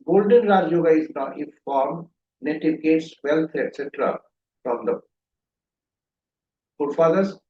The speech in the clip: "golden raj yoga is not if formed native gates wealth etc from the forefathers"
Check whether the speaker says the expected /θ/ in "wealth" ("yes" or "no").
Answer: no